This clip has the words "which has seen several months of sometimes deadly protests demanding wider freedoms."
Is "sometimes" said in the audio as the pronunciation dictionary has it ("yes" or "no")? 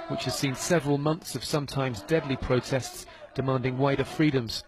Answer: yes